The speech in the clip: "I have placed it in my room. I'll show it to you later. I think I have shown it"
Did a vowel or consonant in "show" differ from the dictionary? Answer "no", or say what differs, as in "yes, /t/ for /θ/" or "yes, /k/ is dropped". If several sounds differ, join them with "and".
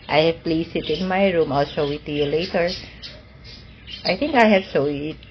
yes, /s/ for /ʃ/